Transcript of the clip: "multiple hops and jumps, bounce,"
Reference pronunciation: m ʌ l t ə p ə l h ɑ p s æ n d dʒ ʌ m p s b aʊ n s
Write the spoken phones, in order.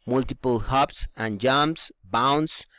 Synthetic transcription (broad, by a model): m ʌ l t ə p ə l h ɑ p s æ n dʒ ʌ m s b aʊ n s